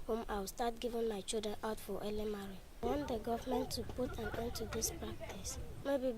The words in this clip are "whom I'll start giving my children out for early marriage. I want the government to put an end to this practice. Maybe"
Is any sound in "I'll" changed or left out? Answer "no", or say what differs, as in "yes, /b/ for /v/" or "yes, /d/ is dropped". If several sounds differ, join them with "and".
yes, /w/ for /l/